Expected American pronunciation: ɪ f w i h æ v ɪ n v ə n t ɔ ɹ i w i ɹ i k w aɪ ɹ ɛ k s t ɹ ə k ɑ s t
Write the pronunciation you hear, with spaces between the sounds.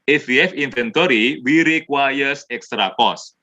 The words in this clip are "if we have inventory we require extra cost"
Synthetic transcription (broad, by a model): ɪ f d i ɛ f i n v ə n t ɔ ɹ i w i ɹ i k w aɪ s ɛ k s t ɹ ə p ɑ s